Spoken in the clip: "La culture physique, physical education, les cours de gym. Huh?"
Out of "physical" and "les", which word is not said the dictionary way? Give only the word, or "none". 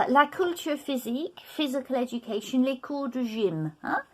none